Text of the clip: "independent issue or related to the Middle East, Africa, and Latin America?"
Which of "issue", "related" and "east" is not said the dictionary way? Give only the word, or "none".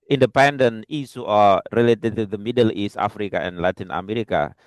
issue